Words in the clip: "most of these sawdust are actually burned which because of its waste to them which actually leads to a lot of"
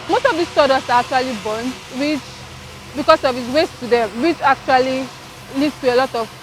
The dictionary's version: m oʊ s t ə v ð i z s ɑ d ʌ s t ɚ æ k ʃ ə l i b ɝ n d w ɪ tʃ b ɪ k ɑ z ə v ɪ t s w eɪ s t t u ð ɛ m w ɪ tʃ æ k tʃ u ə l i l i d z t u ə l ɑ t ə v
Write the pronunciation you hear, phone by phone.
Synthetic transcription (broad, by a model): m oʊ s t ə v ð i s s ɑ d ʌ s ɑ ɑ k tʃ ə l i b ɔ n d w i tʃ b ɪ k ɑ s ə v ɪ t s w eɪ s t t u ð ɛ m w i tʃ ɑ k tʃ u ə l i l i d s t u ə l ɑ t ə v